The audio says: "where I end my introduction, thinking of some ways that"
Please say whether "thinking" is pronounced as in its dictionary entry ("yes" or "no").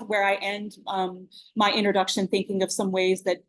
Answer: yes